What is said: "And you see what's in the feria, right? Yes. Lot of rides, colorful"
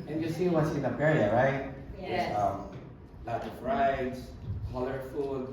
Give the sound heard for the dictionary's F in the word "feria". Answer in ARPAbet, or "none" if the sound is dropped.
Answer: P